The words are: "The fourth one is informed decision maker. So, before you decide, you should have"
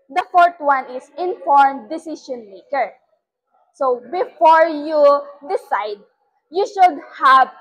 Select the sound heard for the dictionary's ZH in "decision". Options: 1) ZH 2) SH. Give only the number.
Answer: 2